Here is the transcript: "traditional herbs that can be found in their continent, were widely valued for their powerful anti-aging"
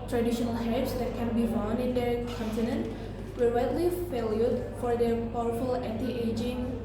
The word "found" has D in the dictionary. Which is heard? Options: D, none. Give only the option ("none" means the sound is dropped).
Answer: none